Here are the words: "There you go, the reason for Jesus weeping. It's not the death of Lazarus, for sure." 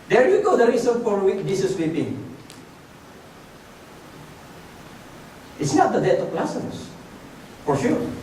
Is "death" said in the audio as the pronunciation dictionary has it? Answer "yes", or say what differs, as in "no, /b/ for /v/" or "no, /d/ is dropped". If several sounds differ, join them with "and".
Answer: no, /t/ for /θ/